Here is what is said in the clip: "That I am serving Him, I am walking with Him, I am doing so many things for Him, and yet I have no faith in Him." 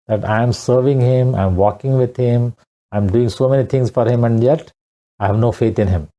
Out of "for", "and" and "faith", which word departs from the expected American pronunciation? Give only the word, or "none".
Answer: faith